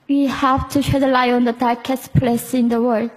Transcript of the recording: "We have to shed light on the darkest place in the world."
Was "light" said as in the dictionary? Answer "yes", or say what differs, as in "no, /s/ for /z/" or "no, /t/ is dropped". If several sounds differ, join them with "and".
no, /t/ is dropped